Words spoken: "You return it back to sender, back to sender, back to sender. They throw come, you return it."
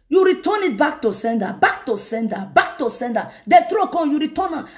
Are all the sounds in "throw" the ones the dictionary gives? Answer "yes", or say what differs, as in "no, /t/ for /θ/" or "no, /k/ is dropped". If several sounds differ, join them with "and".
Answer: no, /t/ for /θ/